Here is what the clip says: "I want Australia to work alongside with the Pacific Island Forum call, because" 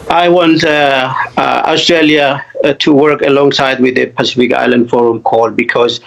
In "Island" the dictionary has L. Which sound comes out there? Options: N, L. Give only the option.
L